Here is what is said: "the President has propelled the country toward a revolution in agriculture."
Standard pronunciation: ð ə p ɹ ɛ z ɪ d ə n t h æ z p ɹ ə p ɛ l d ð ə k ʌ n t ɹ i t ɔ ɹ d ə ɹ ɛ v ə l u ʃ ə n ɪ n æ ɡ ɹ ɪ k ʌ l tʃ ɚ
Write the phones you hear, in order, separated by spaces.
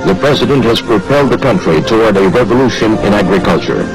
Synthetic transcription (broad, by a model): ð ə p ɹ ɛ z ɪ d ə n t h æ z p ɹ ə p ɛ l d ð ə k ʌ n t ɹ i t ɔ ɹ d ə ɹ ɛ v ə l u ʃ ə n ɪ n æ ɡ ɹ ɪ k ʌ l tʃ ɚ